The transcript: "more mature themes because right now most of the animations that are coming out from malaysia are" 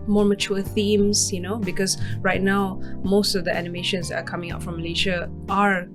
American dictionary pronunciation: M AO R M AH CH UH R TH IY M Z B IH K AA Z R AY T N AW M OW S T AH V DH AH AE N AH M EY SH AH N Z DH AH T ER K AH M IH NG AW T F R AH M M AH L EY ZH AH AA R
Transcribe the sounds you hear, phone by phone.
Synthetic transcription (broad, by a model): M AO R M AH CH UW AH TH IY M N B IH K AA S R AY T N AW M OW S T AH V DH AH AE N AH M EY SH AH N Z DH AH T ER K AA M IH NG AW T F R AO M M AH L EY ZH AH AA R